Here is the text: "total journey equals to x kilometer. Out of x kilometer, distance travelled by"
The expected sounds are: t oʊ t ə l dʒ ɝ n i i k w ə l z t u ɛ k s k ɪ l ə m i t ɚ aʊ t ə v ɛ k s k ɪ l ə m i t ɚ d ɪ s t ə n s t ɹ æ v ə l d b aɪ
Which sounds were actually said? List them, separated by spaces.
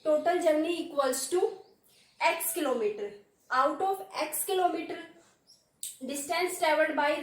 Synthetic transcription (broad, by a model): t oʊ t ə l dʒ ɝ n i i k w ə l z t u ɛ k s k ɪ l ə m i t ɚ aʊ t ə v ɛ k s k ɪ l ə m i t ɚ d ɪ s t ə n s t ɛ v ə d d b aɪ